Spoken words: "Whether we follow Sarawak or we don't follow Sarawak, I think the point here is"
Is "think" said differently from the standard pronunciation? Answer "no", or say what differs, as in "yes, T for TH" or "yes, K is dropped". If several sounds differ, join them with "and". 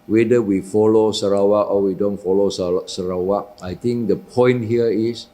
yes, T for TH